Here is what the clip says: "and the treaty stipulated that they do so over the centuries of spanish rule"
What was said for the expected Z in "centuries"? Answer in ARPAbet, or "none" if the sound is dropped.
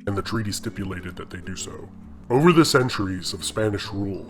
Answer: Z